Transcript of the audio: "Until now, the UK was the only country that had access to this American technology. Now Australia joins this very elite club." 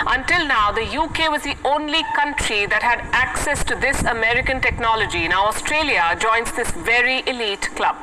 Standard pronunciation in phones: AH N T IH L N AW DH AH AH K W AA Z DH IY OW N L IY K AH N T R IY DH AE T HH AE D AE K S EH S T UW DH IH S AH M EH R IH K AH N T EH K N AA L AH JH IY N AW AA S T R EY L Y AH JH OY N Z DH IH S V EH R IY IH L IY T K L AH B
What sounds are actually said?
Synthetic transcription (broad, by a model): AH N T IH L N AW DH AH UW K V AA Z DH IY OW N L IY K AH N T R IY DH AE T HH AE D AE K S EH S T UW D IH S AH M EH R IH K AH N T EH K N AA L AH JH IY N AW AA S T R EY L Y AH JH OY N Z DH IH S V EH R IY IH L IY T K L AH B